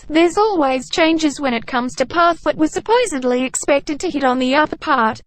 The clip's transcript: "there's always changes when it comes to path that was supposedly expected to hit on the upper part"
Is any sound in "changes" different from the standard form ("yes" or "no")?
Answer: no